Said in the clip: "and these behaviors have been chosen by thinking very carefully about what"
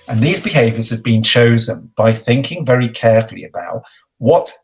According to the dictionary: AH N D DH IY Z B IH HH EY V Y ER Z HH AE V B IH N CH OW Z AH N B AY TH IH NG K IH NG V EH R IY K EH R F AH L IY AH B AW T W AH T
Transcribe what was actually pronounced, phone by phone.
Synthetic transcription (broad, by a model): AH N DH IY Z B IH HH EY V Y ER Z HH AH V B IH N CH OW Z AH N B AY TH IH NG K IH NG V EH R IY K EH F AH L IY AH B AW T W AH T